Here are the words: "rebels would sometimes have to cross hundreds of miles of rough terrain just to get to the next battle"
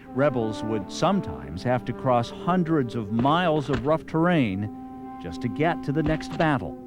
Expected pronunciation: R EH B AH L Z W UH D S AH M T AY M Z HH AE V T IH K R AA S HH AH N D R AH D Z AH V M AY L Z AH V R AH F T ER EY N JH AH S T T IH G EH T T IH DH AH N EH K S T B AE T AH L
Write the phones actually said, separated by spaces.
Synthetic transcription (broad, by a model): R EH B L Z W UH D S AH M T AY M Z HH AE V T IH K R AA S HH AH N D R AH D Z AH V M AY L Z AH V R AH F T ER EY N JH AH S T T IH G EH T T IH DH AH N EH K S T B AE T L